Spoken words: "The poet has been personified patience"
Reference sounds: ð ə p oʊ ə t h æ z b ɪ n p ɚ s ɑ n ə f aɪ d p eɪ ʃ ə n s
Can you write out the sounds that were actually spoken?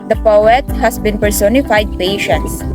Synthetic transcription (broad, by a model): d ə p oʊ ə t h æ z b ɪ n p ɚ s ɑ n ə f aɪ d p eɪ ʃ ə n s